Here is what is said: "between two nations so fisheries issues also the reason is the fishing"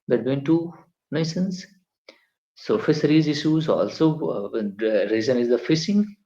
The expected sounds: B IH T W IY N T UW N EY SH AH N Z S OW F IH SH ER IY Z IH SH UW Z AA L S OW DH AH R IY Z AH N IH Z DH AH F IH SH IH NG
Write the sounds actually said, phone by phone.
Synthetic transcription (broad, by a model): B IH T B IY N T UW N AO S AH N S S OW F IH S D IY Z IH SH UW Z AA L S OW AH R IY Z AH N IH Z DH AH F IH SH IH NG